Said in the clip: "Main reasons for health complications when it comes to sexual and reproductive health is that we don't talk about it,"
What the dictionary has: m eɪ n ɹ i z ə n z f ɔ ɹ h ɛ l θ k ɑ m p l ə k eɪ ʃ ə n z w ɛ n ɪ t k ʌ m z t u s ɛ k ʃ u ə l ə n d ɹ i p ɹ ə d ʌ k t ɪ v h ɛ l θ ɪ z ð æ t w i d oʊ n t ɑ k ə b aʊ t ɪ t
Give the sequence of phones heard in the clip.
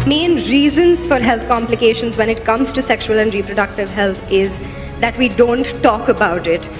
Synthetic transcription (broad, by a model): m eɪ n ɹ i z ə n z f ɔ ɹ h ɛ l t k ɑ m p l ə k eɪ ʃ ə n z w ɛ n ɪ t k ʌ m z t u s ɛ k ʃ u ə l ə n d ɹ i p ɹ ə d ʌ k t ɪ v h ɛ l t ɪ z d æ t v i d oʊ n t ɑ k ə b aʊ t ɪ t